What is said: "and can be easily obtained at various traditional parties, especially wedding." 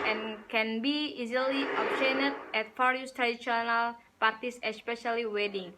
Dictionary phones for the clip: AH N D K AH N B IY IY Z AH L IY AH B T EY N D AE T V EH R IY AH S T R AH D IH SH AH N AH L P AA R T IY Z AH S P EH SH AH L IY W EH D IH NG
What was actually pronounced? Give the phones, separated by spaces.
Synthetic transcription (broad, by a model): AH N K AH N B IY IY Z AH L IY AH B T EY N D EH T F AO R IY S T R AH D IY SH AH N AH L P AA R T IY S AH S P EH SH AH L IY W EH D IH NG